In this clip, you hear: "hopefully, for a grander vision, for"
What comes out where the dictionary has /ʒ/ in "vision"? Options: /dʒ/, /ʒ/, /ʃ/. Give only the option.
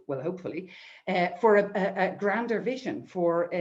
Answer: /ʒ/